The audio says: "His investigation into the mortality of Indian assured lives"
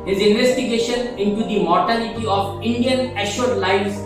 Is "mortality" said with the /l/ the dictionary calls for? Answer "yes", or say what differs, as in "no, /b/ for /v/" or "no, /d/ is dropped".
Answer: yes